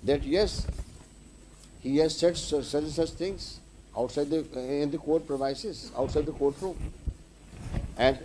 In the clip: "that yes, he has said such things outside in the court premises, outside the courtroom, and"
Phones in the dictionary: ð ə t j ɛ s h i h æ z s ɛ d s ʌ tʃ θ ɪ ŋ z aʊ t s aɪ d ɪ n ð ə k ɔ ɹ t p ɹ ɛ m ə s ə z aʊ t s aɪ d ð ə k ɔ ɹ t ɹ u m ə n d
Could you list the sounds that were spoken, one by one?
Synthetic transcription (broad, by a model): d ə t j ɛ s h i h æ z s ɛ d s ʌ tʃ t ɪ ŋ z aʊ t s aɪ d ɪ n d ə k ɔ ɹ t p ɹ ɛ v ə s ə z aʊ t s aɪ d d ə k ɔ ɹ t ɹ u m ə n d